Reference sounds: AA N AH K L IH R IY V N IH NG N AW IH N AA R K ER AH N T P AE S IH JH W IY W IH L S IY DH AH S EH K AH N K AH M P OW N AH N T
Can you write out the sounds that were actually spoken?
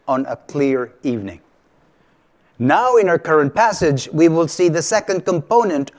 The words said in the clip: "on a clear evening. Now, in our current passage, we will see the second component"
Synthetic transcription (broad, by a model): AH N AH K L IH R IY V N IH NG N AW IH N AA R K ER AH N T P AE S IH JH W IY W IH L S IY DH AH S EH K AH N K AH M P OW N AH N T